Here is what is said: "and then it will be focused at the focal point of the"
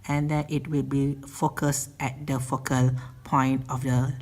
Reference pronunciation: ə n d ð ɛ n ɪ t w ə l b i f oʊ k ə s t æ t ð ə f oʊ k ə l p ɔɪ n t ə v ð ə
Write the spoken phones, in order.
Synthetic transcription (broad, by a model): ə n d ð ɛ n ɪ t w ə l b i f oʊ k ə s t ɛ t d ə f oʊ k ə l p ɔɪ n t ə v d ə